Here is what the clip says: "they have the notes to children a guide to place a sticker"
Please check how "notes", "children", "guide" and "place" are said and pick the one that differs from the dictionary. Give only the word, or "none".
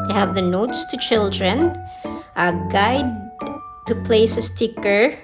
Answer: none